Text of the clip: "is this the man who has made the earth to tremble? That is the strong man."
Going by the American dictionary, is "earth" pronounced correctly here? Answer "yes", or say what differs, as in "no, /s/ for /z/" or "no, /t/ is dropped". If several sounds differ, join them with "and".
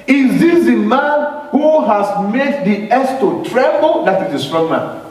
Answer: no, /s/ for /θ/